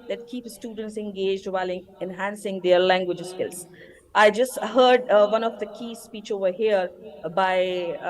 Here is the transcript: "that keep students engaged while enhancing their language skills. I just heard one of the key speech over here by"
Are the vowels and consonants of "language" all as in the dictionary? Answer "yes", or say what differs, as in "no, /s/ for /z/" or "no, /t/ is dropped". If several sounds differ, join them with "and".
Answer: yes